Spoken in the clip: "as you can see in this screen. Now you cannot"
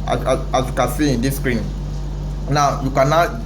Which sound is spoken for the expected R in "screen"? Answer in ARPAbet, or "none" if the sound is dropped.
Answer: R